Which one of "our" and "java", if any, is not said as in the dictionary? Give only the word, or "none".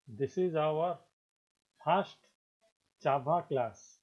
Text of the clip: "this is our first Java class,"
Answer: java